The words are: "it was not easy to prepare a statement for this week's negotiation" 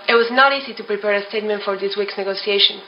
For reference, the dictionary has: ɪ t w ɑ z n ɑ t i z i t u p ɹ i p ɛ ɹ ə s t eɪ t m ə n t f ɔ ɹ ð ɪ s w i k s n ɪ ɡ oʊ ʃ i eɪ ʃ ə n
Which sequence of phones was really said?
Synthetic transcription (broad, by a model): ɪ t w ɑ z n ɑ t i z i t u p ɹ i p ɛ ɹ ə s t eɪ t m ə n t f ɔ ɹ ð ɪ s w i k s n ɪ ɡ oʊ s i eɪ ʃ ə n